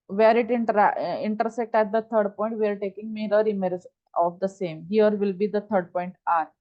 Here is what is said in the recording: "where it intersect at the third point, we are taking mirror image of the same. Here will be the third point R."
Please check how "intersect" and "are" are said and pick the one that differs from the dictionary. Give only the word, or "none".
none